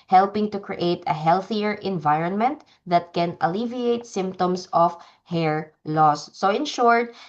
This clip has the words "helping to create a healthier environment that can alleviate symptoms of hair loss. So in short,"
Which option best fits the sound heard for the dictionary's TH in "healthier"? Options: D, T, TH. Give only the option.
TH